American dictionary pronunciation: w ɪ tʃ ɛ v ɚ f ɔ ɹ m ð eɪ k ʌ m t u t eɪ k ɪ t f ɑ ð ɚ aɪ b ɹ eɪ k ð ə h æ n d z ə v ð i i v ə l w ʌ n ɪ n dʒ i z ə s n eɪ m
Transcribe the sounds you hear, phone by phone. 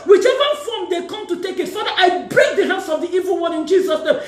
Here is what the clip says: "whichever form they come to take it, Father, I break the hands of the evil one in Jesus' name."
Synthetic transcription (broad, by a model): w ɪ tʃ ɛ v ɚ f ɔ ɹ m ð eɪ k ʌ m t u t eɪ k ɪ t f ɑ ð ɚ aɪ b ɹ eɪ k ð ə h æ n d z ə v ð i i v ə l w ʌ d ɪ n dʒ i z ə s n eɪ m